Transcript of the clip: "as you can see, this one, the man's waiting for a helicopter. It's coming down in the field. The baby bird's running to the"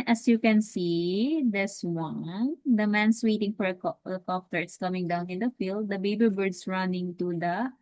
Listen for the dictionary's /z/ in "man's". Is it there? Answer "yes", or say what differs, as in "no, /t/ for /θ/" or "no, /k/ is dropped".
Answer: no, /s/ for /z/